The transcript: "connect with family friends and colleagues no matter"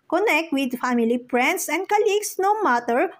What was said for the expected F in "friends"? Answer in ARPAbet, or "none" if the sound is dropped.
P